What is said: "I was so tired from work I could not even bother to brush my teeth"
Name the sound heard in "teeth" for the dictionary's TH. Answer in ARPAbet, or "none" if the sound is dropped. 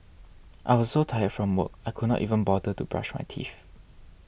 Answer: F